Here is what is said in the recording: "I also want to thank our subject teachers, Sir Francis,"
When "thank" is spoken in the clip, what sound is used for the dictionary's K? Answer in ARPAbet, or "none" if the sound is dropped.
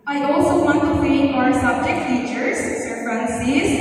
none